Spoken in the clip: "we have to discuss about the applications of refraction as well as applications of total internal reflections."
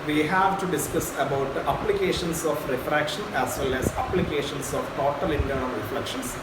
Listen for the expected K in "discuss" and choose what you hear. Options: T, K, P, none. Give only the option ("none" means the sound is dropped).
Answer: K